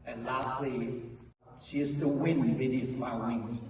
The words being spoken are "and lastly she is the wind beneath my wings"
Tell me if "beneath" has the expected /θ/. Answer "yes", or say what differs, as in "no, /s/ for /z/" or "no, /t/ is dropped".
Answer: no, /f/ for /θ/